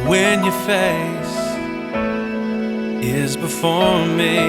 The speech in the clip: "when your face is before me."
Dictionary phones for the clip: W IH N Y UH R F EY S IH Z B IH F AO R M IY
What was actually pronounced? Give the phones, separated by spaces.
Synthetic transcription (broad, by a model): W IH N Y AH R F EY S IH Z B IH F AO R M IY